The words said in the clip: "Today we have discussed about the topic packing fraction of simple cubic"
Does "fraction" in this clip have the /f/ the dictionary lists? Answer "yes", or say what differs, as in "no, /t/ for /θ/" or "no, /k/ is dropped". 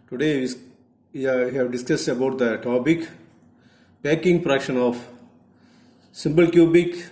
no, /p/ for /f/